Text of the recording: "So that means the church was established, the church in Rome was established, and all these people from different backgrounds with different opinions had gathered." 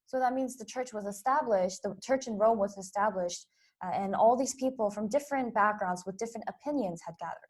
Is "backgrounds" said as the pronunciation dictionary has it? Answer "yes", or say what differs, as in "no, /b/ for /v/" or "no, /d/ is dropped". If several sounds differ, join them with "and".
yes